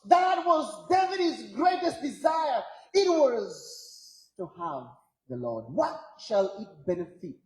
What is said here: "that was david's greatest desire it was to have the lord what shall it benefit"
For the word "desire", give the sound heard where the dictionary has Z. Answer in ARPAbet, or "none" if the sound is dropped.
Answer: Z